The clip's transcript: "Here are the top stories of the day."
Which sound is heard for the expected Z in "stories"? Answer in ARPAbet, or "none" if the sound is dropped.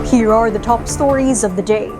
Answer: Z